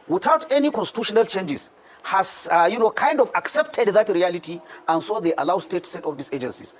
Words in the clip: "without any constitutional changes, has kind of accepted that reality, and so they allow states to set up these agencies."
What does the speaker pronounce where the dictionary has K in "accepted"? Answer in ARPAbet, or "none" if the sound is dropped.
K